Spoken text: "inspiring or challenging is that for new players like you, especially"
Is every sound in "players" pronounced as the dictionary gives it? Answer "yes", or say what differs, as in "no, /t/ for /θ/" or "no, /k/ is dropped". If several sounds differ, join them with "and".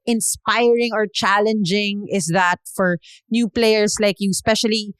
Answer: no, /s/ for /z/